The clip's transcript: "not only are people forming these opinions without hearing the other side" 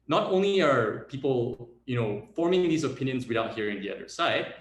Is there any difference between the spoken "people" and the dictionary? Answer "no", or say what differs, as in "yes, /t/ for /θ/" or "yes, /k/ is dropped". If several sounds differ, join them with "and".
yes, /n/ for /l/